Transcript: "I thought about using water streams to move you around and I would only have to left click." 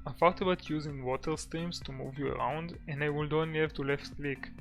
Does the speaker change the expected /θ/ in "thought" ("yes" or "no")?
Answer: yes